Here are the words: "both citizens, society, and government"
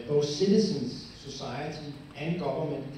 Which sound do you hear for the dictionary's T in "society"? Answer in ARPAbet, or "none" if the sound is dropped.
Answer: S